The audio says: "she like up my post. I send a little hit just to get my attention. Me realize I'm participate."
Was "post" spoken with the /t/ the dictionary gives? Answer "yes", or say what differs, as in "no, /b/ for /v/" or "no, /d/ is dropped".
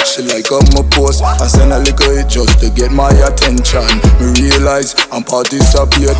no, /t/ is dropped